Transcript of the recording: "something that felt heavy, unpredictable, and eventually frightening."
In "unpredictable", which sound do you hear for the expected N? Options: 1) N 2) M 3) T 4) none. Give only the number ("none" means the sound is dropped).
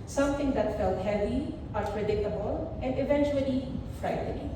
4